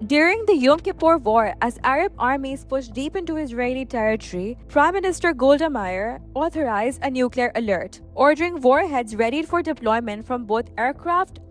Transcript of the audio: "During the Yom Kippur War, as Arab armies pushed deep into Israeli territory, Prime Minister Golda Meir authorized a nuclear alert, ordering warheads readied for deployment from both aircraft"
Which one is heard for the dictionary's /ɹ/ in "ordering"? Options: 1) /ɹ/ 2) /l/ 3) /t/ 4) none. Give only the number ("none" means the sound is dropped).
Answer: 1